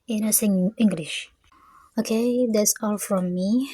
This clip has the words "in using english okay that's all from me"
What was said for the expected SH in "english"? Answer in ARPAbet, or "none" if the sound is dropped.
SH